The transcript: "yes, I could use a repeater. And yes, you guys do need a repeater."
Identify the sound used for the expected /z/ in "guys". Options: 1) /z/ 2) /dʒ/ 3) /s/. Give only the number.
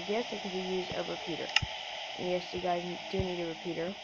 1